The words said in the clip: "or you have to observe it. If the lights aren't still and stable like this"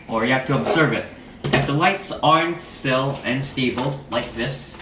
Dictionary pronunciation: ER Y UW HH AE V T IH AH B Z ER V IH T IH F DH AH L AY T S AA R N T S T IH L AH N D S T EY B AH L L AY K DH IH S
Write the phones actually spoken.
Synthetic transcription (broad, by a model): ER Y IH HH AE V T IH AH B Z ER V IH T IH F DH AH L AY T S AA R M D S T IH L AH N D S T EY B L L AY K DH IH S